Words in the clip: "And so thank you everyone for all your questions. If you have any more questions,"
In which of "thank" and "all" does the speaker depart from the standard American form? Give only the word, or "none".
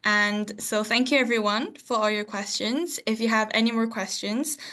none